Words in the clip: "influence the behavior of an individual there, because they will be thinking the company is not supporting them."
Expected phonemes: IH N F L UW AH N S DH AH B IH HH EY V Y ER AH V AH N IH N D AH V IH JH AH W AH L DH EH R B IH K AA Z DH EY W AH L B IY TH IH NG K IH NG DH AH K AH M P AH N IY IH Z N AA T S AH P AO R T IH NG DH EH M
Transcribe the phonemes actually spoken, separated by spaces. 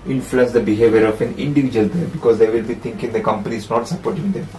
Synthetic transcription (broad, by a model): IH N F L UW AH N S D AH B IH HH EY V Y ER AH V AH N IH N D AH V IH JH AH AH L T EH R B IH K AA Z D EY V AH L B IY T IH NG K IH NG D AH K AH M P AH N IY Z N AA T S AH P AO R T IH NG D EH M